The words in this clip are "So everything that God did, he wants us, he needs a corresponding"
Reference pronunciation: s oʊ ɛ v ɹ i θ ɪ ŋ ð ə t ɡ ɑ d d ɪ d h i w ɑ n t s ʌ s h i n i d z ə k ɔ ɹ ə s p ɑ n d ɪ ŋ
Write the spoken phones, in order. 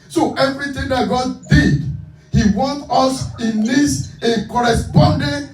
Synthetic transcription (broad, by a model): s oʊ ɛ v ɹ i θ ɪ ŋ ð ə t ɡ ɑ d d ɪ d h i w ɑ n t ʌ s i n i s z ə k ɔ ɹ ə s p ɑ n d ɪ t